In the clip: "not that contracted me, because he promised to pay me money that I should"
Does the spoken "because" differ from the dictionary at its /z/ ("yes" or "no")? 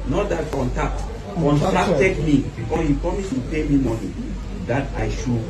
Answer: yes